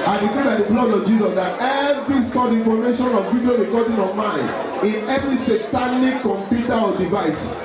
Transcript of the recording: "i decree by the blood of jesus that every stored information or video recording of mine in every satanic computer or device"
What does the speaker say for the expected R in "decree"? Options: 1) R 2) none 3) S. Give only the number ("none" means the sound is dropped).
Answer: 2